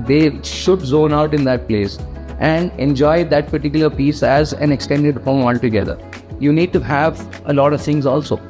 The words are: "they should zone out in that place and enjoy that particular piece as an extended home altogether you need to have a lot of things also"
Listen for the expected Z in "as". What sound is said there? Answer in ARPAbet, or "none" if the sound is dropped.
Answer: Z